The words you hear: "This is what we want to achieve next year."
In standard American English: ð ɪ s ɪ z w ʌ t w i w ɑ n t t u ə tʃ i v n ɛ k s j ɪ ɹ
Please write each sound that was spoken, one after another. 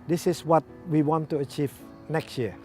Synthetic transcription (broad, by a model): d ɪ s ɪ s w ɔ t w i w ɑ n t t u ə tʃ i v n ɛ k s j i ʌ